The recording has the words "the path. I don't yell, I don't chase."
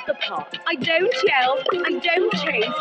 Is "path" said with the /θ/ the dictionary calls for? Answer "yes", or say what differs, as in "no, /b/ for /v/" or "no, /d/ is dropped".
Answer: no, /t/ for /θ/